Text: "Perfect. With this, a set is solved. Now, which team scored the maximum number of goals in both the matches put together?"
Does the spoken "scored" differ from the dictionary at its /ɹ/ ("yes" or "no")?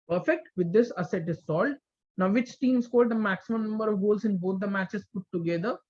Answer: yes